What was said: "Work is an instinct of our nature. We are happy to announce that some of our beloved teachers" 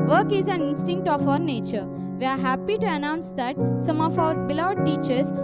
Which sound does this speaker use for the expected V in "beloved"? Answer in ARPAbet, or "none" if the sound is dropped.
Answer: none